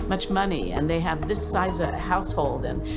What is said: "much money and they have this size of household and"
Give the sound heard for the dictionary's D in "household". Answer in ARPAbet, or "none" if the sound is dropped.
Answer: D